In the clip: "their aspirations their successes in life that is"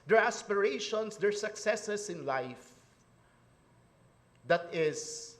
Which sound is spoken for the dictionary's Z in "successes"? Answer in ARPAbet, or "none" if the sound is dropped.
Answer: S